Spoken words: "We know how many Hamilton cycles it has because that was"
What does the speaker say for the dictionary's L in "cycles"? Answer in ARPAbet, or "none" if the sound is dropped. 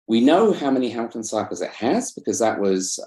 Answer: none